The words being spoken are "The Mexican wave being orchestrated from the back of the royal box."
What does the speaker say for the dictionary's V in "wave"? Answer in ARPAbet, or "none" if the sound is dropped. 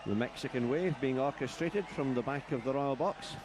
V